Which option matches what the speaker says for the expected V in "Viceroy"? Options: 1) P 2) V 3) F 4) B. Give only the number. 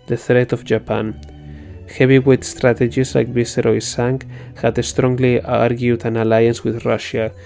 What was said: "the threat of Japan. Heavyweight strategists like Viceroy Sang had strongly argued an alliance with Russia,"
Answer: 4